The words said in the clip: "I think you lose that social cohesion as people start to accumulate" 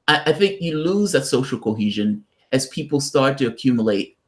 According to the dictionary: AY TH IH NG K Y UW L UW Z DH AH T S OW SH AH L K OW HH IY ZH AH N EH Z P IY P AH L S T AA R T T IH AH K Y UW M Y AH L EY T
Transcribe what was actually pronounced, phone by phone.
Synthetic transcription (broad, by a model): AY TH IH NG K Y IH L UW Z DH AH T S OW SH L K OW HH IY ZH AH N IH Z P IY P L S T AA R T T IH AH K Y UW M Y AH L EY T